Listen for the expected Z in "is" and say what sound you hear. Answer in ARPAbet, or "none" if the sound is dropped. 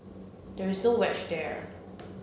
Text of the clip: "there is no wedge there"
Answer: Z